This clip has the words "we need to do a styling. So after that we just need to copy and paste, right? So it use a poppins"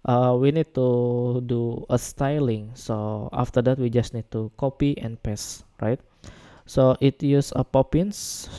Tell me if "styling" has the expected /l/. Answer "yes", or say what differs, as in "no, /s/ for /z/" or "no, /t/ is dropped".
yes